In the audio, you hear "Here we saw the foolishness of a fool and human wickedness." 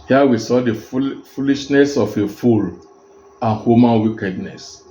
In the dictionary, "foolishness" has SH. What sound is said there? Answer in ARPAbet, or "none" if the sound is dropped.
SH